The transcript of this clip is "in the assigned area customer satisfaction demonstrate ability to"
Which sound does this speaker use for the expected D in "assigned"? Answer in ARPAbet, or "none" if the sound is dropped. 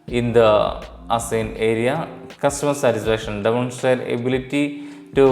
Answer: none